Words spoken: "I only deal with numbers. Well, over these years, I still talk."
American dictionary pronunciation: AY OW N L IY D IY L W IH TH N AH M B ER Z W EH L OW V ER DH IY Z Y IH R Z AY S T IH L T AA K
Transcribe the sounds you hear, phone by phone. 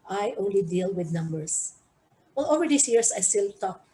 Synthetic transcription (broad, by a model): AY OW N L IY D IY L W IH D N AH M B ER S W EH L OW V ER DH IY S Y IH R S AY S T IH L T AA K